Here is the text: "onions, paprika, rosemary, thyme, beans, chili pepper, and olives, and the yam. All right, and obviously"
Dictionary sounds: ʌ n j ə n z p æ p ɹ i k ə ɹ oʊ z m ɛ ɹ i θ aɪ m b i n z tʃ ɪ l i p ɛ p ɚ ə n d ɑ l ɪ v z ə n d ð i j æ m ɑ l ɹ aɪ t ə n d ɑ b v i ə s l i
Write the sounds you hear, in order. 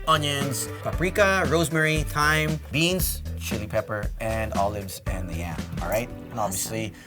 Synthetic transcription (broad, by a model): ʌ n j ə n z p æ p ɹ i k ə ɹ oʊ z m ɛ ɹ i t aɪ m b i n z tʃ ɪ l i p ɛ p ɚ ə n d ɑ l ɪ v z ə n ð i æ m ɑ l ɹ aɪ t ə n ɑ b v i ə s l i